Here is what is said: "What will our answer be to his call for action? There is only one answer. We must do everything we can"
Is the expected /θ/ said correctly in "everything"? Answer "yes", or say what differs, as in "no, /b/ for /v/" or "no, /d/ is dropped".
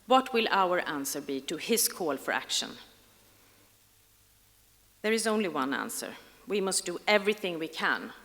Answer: yes